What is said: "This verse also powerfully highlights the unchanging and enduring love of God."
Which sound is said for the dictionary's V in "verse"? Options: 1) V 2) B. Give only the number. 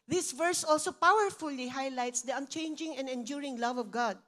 1